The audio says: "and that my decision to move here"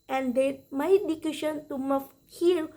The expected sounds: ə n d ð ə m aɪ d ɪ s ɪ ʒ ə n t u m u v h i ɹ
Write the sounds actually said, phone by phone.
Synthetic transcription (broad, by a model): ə n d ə m aɪ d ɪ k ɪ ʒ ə n t u m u f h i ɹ